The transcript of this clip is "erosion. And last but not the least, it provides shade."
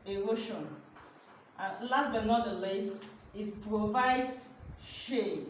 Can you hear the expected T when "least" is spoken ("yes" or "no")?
no